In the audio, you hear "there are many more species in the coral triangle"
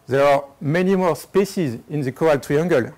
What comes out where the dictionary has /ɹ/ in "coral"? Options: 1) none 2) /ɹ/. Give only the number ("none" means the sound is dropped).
1